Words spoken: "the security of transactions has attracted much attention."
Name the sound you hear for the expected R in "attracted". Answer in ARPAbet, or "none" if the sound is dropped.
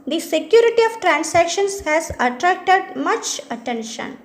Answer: R